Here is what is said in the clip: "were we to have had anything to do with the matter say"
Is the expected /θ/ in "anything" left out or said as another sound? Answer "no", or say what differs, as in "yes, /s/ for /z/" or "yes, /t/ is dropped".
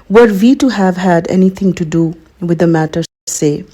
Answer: yes, /t/ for /θ/